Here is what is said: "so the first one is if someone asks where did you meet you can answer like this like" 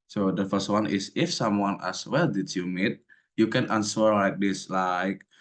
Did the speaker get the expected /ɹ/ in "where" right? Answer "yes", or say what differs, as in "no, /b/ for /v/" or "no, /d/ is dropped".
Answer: no, /l/ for /ɹ/